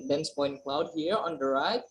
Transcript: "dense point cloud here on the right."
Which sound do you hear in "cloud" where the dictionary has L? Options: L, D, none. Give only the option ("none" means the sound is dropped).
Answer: L